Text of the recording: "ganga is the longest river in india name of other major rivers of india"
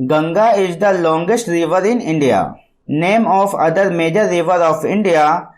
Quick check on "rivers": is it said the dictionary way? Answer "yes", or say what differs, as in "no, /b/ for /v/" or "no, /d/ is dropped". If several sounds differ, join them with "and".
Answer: no, /z/ is dropped